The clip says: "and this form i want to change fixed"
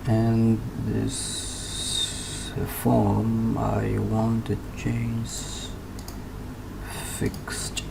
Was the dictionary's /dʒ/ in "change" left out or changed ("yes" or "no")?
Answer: yes